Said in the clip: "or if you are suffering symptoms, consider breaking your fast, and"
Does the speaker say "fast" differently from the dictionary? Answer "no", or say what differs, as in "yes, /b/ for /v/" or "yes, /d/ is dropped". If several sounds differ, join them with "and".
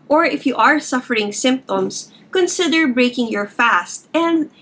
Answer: no